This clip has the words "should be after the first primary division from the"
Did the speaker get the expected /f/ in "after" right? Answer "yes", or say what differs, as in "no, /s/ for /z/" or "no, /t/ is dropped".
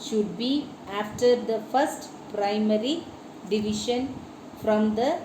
yes